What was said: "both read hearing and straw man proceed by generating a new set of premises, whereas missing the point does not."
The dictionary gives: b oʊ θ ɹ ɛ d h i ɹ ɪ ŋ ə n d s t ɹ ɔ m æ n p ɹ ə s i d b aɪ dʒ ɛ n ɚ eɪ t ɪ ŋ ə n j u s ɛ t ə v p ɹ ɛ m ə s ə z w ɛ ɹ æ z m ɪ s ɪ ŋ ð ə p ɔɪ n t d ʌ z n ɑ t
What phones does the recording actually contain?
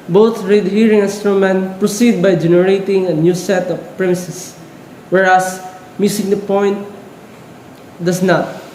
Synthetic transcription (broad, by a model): b oʊ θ ɹ ɛ d h i ɹ ɪ ŋ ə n s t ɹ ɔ m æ n p ɹ ə s i d b aɪ dʒ ɛ n ɚ eɪ t ɪ ŋ ə n j u s ɛ t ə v p ɹ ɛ m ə s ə s w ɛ ɹ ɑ s m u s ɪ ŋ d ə p ɔɪ n t d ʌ s n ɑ t